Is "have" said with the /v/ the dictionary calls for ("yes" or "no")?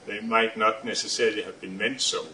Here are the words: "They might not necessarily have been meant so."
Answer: yes